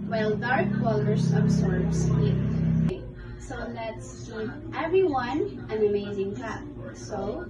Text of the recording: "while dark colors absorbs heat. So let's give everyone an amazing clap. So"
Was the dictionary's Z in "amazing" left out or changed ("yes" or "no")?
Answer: no